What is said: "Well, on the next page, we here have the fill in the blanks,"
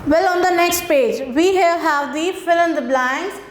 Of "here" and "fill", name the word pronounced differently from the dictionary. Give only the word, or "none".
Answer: here